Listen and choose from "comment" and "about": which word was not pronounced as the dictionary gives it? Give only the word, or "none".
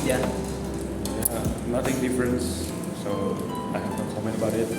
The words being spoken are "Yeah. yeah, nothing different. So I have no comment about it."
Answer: comment